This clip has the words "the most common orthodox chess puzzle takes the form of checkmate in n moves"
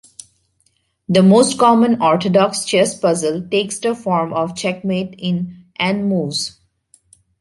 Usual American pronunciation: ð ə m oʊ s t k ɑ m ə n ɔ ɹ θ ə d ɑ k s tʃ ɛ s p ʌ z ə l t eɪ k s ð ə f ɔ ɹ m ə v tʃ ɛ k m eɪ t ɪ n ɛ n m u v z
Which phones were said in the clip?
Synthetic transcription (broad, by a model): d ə m oʊ s t k ɑ m ə n ɔ ɹ t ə d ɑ k s tʃ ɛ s p ʌ z ə l t eɪ k s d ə f ɔ ɹ m ə v tʃ ɛ k m eɪ t ɪ n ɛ n m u z